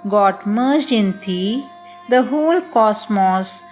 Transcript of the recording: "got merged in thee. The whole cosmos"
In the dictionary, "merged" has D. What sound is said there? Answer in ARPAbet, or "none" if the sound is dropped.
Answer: none